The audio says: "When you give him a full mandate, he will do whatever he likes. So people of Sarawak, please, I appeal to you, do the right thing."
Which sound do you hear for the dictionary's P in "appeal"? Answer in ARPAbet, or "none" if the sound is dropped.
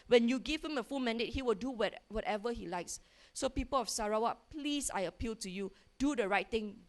P